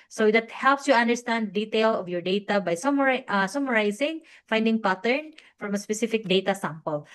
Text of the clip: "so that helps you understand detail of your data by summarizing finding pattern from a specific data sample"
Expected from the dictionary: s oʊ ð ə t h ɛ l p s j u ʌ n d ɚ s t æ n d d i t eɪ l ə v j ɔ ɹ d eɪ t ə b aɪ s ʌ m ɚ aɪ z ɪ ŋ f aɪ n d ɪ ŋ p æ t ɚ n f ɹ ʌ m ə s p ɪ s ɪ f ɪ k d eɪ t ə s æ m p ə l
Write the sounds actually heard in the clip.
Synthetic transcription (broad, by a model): s oʊ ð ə t h ɛ l p s j u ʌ n d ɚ s t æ n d d i t eɪ l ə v j ɔ ɹ d eɪ t ə b aɪ s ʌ m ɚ aɪ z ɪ ŋ f aɪ n d ɪ ŋ p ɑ t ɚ n f ɹ ʌ m ə s p ɪ s ɪ f ɪ k d eɪ t ə s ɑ m p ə l